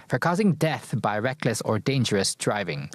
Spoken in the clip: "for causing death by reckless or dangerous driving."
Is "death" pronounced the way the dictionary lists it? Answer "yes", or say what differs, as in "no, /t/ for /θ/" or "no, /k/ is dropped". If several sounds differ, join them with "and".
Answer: yes